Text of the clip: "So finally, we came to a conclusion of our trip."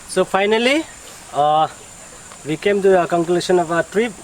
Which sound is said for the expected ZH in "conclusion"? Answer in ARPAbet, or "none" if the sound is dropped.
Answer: S